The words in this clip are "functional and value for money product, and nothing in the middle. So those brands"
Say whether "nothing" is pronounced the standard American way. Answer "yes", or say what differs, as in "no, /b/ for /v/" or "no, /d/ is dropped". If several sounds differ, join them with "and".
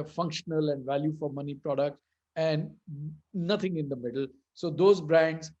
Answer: no, /t/ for /θ/